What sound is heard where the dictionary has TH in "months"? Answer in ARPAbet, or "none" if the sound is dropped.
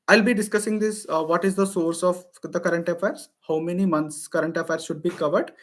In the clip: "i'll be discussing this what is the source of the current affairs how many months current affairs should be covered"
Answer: T